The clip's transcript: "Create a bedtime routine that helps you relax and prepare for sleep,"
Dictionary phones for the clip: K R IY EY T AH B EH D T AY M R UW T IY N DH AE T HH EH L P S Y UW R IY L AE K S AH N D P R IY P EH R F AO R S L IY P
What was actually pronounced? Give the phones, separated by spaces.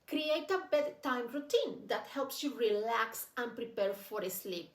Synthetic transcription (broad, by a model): K R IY EY T AH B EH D T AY M R UW T IY N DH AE T HH EH L P S Y UW R IY L AE K S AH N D P R IY P EH R F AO R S L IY P